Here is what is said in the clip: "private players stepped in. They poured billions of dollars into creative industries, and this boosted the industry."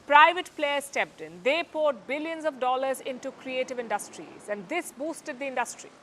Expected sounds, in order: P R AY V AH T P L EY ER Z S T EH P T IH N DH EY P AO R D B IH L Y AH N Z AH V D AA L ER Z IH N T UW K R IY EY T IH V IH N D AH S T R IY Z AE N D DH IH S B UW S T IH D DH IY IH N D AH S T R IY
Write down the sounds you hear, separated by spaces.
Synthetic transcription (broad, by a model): P R AY V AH T P L EY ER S T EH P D IH N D EY P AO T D B IH L Y AH N Z AH V D AA L ER Z IH N T UW K R IY EY T IH V IH N D AH S T R IY Z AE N D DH IH S B UW S T IH D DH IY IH N D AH S T R IY